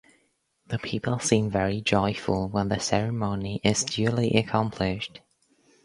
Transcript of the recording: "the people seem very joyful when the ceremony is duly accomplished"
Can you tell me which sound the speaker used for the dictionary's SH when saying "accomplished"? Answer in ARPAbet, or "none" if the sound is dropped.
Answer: SH